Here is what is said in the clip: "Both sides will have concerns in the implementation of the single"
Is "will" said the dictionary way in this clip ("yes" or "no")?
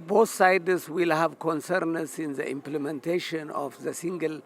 yes